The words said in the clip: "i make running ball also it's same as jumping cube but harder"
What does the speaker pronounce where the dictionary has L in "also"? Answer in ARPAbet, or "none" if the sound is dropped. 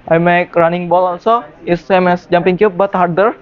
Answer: N